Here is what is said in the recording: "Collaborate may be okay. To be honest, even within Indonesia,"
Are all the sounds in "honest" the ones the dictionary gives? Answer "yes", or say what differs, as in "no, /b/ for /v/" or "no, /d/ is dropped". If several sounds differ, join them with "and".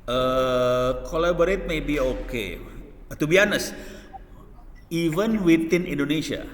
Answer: no, /t/ is dropped